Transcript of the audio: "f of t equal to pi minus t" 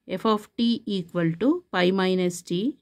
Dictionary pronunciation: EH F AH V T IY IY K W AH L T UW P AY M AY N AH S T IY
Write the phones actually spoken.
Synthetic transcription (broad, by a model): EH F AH P T IY IY K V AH L T UW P AY M AY N AH S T IY